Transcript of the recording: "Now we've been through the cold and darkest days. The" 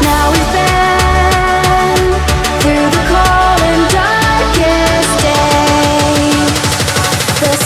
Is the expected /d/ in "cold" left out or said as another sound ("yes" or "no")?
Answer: yes